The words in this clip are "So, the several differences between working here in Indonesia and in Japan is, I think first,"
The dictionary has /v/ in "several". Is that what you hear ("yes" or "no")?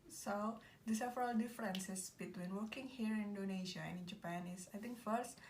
no